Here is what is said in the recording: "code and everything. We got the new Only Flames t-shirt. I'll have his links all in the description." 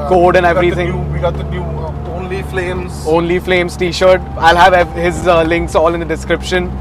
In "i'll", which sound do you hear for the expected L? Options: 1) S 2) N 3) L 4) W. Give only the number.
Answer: 3